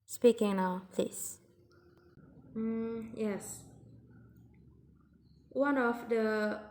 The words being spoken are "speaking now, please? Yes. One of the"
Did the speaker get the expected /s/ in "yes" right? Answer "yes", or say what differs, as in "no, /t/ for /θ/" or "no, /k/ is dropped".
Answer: yes